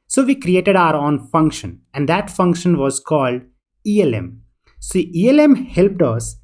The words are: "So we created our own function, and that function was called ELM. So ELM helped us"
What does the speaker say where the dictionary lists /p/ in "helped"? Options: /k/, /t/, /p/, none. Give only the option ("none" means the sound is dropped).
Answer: /p/